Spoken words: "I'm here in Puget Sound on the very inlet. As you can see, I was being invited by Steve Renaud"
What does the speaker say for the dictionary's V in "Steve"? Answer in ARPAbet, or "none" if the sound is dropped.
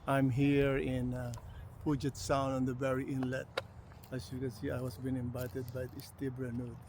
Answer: B